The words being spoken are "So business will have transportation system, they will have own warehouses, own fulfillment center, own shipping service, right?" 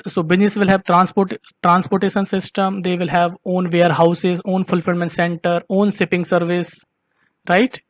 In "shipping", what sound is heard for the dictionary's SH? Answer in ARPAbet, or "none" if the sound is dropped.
S